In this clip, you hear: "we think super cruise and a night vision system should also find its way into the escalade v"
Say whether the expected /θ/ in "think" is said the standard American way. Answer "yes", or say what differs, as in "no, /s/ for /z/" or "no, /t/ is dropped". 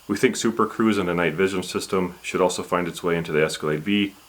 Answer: yes